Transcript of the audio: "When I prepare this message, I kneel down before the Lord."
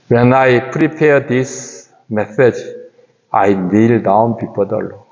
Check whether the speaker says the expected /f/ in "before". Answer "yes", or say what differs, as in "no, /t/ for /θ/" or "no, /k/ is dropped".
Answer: no, /p/ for /f/